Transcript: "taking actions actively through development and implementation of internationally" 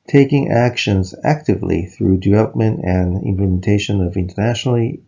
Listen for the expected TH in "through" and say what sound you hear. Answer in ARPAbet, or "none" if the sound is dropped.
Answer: TH